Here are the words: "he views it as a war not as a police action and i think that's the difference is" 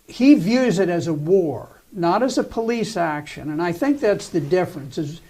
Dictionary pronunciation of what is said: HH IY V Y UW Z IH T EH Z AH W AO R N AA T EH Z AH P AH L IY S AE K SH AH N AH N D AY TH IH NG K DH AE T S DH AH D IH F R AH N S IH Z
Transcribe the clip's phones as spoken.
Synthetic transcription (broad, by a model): HH IY V Y UW Z IH T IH Z AH W AO R N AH T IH Z AH P AH L IY S AE K SH AH N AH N AY TH IH NG K DH AE T S DH AH D IH F R AH N S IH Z